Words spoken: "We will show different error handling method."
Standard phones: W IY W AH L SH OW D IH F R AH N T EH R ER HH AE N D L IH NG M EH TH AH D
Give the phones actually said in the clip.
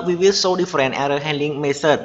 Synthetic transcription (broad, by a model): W IY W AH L S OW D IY F R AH N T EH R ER HH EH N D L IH NG M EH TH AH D